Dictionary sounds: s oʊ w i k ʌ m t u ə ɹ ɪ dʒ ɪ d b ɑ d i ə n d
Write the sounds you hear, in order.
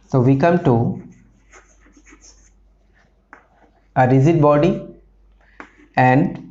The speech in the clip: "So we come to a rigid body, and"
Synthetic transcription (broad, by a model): s oʊ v i k ʌ m t u ə ɹ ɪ z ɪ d b ɑ d i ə n d